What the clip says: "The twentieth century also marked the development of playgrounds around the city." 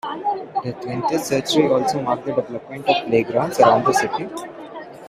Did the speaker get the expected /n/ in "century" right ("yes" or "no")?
no